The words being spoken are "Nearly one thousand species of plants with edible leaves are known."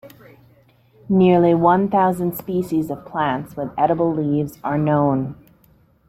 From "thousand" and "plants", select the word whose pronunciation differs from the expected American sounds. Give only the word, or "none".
none